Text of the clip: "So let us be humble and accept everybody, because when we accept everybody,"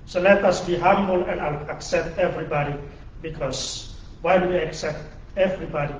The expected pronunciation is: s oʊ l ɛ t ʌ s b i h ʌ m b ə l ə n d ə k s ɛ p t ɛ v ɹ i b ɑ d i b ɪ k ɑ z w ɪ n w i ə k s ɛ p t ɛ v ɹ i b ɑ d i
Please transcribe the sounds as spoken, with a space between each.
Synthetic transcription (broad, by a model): s oʊ l ɛ t ʌ s b i h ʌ m b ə l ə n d ə k s ɛ p t ɛ v ɹ i b ɑ d i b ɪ k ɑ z w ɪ l w i ə k s ɛ p t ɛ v ɹ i b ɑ d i